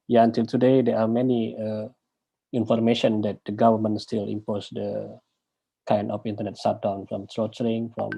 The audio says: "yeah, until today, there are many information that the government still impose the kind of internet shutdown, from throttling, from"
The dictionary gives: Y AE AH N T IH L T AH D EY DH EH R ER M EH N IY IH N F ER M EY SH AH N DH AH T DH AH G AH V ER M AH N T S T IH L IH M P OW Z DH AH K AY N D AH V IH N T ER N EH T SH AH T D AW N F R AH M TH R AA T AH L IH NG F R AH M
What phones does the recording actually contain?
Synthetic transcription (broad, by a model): Y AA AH N T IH L T AH D EY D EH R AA M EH N IY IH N F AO M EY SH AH N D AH T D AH G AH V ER M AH N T S T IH L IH M P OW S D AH K AY N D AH F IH N T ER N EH T S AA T D AW N F R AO M T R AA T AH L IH NG F R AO M